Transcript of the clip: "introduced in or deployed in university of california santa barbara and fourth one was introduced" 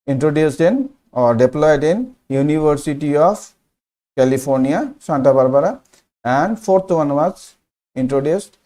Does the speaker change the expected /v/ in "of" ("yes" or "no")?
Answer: yes